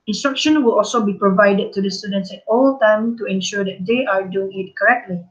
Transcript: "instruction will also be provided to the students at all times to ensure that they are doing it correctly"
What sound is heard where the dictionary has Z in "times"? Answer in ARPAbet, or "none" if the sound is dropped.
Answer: none